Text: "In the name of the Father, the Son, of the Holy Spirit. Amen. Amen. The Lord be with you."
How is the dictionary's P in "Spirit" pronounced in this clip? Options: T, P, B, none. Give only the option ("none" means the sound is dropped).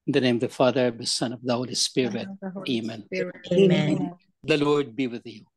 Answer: P